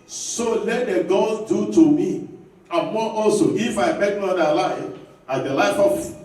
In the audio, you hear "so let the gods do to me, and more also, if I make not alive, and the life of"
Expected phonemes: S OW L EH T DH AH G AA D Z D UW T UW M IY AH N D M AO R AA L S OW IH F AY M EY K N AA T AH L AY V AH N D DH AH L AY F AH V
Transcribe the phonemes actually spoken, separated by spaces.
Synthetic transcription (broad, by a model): S OW L EH T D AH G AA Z D UW T UW M IY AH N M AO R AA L S OW IH F AY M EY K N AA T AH L AY F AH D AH L AY F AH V